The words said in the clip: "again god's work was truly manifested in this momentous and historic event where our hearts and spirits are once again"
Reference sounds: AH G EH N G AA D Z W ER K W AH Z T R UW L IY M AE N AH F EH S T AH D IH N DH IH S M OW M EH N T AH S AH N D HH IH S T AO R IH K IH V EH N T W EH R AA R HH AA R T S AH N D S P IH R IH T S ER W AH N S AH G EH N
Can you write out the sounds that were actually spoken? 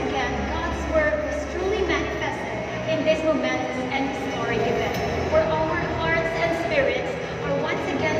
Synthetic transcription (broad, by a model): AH G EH N G AA D Z W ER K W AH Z T R UW L IY M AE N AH F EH S T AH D IH N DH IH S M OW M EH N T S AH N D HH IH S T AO R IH IH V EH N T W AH R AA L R AA R T S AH N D S P IH R IH T S ER W AH N S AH G EH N